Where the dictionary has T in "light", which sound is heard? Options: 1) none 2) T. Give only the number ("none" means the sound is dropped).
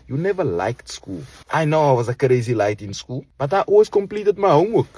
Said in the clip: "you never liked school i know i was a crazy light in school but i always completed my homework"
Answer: 2